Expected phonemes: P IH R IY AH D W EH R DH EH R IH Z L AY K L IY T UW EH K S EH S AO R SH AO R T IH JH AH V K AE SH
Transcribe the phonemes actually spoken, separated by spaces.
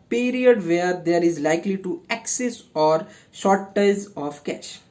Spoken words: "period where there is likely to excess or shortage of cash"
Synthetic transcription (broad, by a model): P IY R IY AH D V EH R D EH R IH Z L AY K L IY T UW EH K S EH S AO R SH AO R T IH Z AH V K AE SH